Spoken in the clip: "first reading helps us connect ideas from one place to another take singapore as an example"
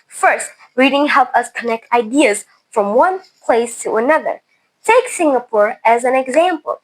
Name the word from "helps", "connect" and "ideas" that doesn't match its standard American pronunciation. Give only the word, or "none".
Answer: helps